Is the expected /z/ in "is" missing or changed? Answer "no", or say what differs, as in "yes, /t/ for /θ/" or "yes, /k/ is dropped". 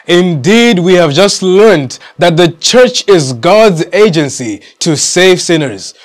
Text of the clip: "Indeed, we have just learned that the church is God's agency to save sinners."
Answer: no